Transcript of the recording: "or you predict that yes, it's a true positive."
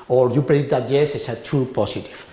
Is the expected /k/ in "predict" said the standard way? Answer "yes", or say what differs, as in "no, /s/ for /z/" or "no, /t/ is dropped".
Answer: no, /k/ is dropped